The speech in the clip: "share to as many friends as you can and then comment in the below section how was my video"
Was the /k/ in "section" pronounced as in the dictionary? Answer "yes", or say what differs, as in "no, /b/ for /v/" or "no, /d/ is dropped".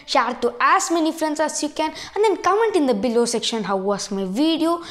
yes